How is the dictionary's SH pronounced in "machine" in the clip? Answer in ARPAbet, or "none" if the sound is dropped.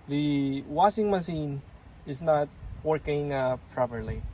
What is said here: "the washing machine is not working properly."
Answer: S